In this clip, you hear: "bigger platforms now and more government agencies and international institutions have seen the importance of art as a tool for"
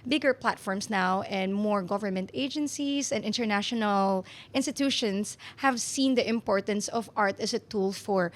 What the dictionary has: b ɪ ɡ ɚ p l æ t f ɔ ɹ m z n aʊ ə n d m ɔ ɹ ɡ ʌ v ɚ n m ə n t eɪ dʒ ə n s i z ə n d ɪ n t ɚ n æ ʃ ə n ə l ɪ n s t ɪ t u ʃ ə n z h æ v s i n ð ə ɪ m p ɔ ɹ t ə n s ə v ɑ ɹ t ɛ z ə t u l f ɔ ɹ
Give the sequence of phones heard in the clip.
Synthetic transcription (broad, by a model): b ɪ ɡ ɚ p l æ t f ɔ ɹ m s n aʊ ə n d m ɔ ɹ ɡ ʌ v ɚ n m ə n t eɪ dʒ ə n s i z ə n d ɪ n t ɚ n æ ʃ ə n ə l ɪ n s t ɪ t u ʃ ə n s h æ v s i n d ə ɪ m p ɔ ɹ t ə n s ə v ɑ ɹ t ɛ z ə t u l f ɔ ɹ